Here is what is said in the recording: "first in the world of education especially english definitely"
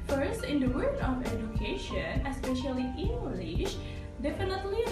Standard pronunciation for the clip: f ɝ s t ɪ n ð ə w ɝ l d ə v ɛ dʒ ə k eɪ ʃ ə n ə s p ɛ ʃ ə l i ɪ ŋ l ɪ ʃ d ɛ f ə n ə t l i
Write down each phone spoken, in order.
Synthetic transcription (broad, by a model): f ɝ s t ɪ n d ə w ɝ d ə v ɛ dʒ ə k eɪ ʃ ə n ə s p ɛ ʃ ə l i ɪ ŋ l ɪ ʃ d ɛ f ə n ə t l i